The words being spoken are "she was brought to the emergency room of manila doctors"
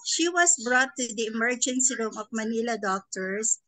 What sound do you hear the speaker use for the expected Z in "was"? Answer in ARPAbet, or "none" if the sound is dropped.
S